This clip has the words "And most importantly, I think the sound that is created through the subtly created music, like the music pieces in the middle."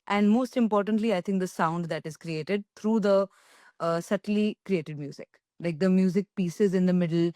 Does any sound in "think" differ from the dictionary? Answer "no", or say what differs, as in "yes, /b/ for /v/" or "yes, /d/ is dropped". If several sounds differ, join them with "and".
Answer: yes, /t/ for /θ/